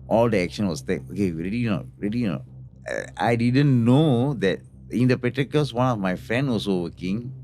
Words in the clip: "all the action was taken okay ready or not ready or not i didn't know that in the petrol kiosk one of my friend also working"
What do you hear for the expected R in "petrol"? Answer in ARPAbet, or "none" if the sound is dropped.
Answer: none